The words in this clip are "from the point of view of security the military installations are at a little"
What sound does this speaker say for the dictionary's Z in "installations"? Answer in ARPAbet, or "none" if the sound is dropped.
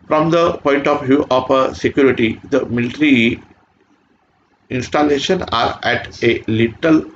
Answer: none